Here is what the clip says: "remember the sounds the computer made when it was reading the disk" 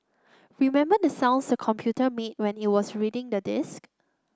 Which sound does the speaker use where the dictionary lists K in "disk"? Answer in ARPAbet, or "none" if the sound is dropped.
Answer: K